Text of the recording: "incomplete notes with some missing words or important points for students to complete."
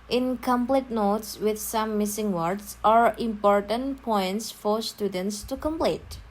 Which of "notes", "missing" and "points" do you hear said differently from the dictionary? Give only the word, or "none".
none